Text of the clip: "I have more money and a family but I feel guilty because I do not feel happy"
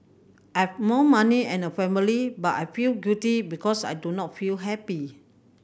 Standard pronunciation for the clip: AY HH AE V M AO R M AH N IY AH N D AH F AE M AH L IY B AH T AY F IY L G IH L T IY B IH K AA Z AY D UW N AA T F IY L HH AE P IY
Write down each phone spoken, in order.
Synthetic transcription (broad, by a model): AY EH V M AO M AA N IY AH N AH F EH M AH L IY B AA T AY F IY L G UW T IY B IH K AA S AY D UW N AA T F IY L HH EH P IY